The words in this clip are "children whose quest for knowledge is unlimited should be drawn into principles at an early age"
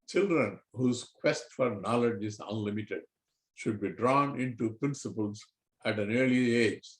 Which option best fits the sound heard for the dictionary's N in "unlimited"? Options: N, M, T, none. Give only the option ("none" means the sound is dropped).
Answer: N